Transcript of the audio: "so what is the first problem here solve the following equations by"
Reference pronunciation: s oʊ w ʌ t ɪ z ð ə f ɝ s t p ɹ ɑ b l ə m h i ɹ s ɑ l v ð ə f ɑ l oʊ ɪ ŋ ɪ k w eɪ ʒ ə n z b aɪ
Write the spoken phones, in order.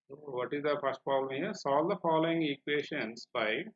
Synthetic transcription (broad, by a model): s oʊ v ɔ t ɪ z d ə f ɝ s t p ɹ ɑ b l ə m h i ɹ s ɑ l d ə f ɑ l oʊ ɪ ŋ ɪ k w eɪ ʃ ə n s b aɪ